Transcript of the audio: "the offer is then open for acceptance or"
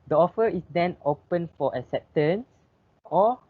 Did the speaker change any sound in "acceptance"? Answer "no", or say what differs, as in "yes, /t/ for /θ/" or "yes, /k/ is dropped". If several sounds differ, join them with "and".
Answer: yes, /k/ is dropped